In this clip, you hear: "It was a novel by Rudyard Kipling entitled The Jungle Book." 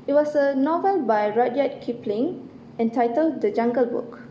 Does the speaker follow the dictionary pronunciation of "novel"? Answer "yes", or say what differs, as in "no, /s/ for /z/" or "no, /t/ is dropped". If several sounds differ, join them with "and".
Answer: yes